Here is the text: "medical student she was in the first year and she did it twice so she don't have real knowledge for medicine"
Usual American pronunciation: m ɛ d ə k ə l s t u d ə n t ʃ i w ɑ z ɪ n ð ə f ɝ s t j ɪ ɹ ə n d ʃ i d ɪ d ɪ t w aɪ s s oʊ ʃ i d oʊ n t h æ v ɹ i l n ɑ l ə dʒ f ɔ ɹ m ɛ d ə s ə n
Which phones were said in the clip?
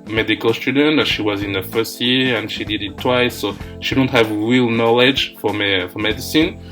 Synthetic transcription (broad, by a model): m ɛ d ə k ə l s t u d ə n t ʃ i w ɑ z ɪ n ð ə f ɝ s t j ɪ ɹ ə n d ʃ i d ɪ d ɪ t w aɪ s s oʊ ʃ i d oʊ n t h æ v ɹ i l n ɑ l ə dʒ f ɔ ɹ m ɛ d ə s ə n